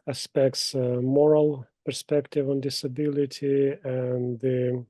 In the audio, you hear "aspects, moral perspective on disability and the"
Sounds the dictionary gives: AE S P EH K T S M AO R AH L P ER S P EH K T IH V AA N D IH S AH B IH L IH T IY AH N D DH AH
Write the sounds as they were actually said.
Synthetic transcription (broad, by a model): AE S P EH K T S M AO R AH L P ER S P EH K T IH V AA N D IH S AH B IH L IH T IY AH N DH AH